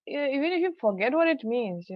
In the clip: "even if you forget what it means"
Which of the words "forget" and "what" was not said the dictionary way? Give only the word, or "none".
none